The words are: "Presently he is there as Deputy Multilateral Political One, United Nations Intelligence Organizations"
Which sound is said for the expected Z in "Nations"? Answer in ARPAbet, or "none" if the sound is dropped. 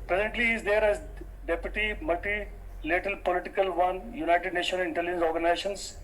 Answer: none